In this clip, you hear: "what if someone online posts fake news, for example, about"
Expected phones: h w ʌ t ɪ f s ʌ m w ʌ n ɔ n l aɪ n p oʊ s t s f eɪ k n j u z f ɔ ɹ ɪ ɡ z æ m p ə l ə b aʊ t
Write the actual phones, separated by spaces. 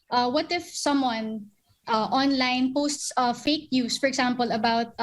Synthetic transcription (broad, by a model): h w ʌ t ɪ f s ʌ m w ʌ n ɔ n l aɪ n p oʊ s t s f eɪ k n j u s f ɔ ɹ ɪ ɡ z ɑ m p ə l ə b aʊ t